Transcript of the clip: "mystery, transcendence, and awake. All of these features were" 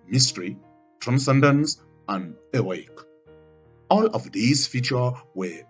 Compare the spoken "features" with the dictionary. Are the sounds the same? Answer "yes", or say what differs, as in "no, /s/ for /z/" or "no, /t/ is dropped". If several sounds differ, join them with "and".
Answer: no, /z/ is dropped